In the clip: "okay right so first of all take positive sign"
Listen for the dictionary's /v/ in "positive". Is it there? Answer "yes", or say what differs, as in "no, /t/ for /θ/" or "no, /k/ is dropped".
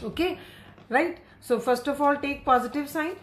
yes